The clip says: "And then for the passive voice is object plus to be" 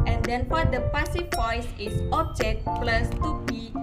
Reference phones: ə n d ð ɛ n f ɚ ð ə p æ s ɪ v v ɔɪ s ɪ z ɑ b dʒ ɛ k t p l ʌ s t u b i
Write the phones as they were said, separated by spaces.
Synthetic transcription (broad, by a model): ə n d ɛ n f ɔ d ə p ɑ s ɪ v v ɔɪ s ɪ s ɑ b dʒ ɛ k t p l ʌ s t u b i